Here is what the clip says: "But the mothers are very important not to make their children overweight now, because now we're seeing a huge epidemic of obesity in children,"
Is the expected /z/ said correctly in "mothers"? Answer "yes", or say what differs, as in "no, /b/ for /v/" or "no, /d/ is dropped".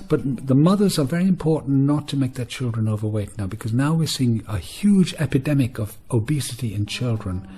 yes